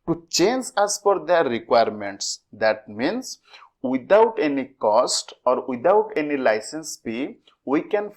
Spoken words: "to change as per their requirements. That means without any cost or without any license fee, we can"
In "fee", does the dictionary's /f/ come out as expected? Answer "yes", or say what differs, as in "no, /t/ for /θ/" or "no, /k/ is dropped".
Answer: no, /p/ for /f/